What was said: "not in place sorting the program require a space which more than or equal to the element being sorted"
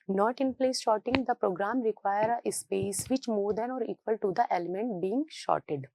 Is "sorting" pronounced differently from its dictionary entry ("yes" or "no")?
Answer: yes